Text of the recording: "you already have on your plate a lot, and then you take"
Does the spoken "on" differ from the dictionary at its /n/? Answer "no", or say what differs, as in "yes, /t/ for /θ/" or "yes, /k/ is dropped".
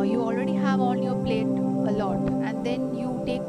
yes, /l/ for /n/